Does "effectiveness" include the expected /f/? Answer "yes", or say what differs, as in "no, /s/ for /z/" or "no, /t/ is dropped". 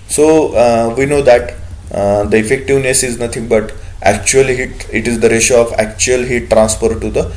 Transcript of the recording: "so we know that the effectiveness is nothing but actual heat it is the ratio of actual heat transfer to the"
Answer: yes